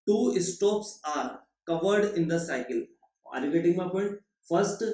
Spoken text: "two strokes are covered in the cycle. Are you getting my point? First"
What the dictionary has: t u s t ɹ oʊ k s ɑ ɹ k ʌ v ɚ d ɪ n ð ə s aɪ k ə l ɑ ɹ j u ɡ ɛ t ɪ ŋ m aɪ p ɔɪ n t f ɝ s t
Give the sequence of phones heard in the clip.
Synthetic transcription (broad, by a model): t u s t oʊ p s ɑ ɹ k ʌ v ɚ d ɪ n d ə s aɪ k ə l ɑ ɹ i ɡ ɛ t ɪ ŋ m aɪ p ɔɪ n t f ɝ s t